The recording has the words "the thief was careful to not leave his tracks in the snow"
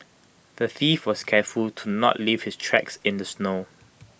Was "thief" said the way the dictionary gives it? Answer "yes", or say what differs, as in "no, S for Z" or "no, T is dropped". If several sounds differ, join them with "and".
yes